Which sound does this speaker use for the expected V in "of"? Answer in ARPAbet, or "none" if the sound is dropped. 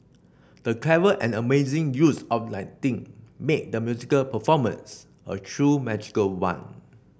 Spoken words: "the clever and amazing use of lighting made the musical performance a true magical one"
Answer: P